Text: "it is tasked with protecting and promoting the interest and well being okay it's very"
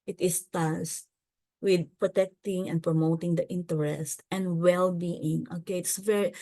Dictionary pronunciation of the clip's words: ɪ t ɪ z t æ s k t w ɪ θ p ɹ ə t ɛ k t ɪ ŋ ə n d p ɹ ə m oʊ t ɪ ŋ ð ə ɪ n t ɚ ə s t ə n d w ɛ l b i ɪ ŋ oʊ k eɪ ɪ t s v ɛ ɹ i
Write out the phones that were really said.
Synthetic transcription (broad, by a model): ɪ t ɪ s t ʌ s t w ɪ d p ɹ ə t ɛ k t ɪ ŋ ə n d p ɹ ə m oʊ t ɪ ŋ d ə ɪ n t ɚ ə s t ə n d w ɛ l b i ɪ ŋ oʊ k eɪ ɪ t s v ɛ ɹ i